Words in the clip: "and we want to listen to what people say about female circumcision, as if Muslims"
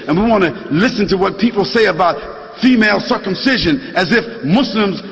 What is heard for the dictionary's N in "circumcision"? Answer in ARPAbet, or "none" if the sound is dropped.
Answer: N